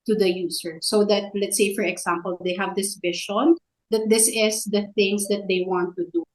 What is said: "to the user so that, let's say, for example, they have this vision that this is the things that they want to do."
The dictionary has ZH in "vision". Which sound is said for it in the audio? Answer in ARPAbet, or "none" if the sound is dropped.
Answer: SH